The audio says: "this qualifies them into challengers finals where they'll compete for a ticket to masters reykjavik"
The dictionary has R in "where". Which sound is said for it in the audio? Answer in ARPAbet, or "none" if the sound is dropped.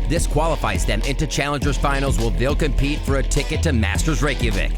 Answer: L